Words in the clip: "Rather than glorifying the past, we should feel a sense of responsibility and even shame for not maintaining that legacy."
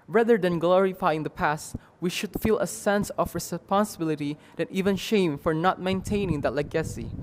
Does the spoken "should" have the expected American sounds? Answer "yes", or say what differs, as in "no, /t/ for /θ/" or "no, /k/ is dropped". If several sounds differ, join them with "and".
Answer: yes